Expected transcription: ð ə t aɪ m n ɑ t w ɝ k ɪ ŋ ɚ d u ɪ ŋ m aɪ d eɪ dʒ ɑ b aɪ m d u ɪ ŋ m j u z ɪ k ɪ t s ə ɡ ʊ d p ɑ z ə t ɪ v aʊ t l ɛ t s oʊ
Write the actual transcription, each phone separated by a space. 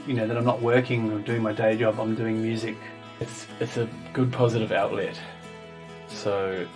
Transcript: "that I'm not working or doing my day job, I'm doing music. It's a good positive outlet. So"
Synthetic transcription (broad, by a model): ð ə t aɪ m n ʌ t w ɝ k ɪ ŋ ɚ d u ɪ ŋ m aɪ d eɪ dʒ ɑ b aɪ m d u ɪ ŋ m j u z ɪ k ɪ t s ə ɡ ʊ d p ɑ z ə t ɪ v aʊ t l ɛ t s oʊ